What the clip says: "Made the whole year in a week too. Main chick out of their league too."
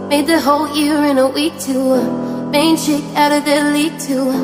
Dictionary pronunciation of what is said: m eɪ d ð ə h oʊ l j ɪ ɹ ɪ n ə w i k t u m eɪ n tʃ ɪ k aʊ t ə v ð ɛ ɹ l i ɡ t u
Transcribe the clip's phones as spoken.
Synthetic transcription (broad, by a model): m eɪ d ð ə h oʊ l j ɪ ɹ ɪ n ə w i k t u m eɪ n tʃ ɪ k aʊ t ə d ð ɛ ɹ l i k t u